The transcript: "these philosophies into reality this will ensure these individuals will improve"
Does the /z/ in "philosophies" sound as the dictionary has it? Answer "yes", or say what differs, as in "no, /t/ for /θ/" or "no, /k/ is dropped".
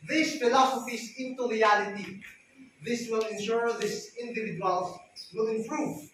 no, /s/ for /z/